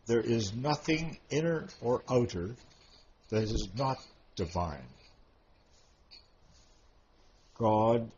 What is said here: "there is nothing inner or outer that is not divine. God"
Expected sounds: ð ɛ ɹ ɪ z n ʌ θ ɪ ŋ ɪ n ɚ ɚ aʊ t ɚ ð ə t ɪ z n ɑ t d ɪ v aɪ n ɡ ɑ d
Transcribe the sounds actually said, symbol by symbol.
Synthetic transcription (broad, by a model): ð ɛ ɹ ɪ z n ʌ θ ɪ ŋ ɪ n ɚ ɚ aʊ t ɚ ð ə t ɪ z n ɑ t d ɪ v aɪ n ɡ ɑ d